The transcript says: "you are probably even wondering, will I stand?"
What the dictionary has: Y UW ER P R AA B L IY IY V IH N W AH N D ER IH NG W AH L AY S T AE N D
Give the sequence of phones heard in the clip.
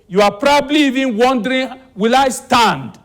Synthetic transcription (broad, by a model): Y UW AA P R AA B L IY IY V IH N W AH N D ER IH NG W AH L AY S T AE N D